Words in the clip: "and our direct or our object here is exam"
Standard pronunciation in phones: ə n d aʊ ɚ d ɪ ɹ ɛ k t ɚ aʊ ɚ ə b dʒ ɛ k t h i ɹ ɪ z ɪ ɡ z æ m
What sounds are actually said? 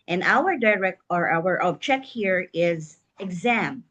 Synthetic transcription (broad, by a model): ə n aʊ ɚ d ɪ ɹ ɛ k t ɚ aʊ ɚ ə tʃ ɛ k h i ɹ ɪ z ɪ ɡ z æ m